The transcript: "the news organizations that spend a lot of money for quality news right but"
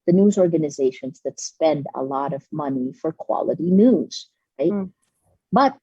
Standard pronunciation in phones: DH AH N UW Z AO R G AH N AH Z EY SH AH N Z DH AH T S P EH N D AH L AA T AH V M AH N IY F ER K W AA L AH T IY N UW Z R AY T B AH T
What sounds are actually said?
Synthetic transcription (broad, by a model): DH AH N UW Z AO R G AH N AH Z EY SH AH N Z DH AH T S P EH N D AH L AA T AH V M AH N IY F ER K W AA L AH T IY N UW Z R AY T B AH T